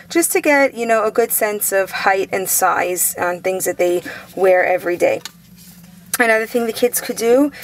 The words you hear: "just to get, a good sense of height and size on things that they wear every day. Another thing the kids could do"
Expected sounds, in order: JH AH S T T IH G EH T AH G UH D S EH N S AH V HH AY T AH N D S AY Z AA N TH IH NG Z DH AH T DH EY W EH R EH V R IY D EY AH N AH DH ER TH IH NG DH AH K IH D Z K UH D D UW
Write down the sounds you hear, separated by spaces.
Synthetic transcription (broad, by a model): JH AH S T T IH G EH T AH G UH D S EH N S AH V HH AY T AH N S AY Z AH N TH IH NG Z DH AH T DH EY W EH R EH V R IY D EY AH N AH DH ER TH IH NG DH AH K IH D Z K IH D D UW